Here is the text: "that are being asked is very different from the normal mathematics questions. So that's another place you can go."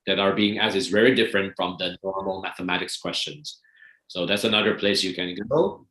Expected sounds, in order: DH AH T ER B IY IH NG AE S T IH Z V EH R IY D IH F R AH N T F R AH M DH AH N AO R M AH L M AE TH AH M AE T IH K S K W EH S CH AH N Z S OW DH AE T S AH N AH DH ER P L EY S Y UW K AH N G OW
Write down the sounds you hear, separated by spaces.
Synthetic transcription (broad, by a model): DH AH T ER B IY IH NG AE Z IH Z V EH R IY D IH F R AH N T F R AH M DH AH N AO R M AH L M AE TH AH M AE T IH K S K W EH S CH AH N Z S OW DH AE T S AH N AH DH ER P L EY S Y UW K AH N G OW